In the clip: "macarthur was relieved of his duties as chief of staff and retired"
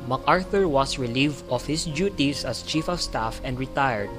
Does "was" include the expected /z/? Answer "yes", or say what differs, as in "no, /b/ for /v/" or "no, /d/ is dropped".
no, /s/ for /z/